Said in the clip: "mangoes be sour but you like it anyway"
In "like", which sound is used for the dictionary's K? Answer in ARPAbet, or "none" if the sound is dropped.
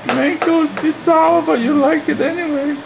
K